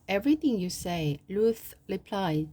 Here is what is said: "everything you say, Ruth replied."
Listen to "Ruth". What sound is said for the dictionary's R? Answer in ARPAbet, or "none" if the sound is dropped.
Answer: L